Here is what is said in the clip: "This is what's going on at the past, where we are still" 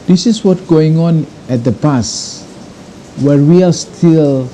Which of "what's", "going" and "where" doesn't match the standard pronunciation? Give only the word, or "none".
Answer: what's